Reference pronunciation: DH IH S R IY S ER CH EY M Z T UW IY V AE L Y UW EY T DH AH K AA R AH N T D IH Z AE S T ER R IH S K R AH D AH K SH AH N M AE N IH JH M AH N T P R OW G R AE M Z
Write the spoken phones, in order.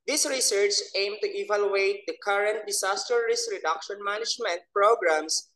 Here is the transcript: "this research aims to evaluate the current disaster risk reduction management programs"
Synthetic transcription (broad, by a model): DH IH S R IY S ER CH EY M T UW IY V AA L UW EY T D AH K AA R AH N T D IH S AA S T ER R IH S R AH D AH K SH AH N M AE N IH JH M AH N T P R OW G R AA M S